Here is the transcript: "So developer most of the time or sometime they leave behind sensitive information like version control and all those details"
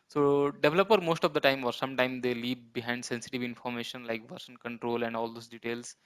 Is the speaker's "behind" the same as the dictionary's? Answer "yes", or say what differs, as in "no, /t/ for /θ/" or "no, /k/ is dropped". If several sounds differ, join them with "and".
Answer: yes